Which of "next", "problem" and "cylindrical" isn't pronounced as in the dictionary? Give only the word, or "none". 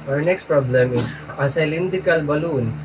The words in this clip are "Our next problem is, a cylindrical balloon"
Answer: cylindrical